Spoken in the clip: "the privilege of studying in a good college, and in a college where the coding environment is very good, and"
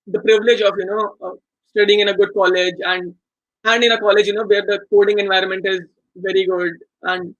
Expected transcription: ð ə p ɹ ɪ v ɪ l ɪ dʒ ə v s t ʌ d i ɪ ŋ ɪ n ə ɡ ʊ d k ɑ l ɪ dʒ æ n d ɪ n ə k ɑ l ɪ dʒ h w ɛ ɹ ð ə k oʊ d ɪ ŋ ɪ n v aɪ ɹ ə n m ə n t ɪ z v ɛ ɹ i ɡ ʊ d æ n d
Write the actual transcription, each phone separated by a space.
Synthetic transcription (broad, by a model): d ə p ɹ ɪ v ɪ l ɪ dʒ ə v s t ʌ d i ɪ ŋ ɪ n ə ɡ ʊ d k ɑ l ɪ dʒ æ n d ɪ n ə k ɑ l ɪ dʒ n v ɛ ɹ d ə k oʊ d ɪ ŋ ɪ n v aɪ ɹ ə n m ə n t ɪ z v ɛ ɹ i ɡ ʊ d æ n d